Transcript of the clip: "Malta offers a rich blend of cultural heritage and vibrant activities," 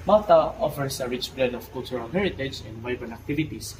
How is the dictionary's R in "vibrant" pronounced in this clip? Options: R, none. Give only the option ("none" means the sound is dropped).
none